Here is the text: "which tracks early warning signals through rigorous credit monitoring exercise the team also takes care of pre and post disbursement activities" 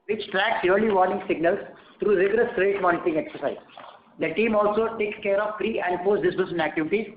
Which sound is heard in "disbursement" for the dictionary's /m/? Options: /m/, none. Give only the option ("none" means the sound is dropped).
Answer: none